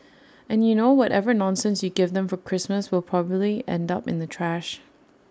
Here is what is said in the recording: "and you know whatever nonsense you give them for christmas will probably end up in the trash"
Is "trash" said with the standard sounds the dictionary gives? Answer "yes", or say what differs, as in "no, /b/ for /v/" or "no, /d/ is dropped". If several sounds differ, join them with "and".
yes